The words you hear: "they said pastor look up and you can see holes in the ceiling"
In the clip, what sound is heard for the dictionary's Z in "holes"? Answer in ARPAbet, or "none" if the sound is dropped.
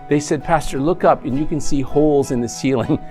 Z